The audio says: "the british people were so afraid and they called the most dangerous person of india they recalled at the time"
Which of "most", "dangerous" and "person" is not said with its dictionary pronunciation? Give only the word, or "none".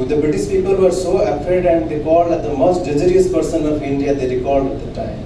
dangerous